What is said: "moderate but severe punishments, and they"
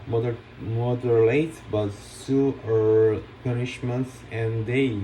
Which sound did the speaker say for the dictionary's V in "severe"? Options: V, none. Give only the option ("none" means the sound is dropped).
none